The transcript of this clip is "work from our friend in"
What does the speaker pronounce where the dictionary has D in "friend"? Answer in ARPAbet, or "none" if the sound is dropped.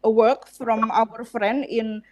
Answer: none